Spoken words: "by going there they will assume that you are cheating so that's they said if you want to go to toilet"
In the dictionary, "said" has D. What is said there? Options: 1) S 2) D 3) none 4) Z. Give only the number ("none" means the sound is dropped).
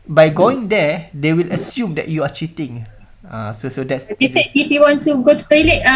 3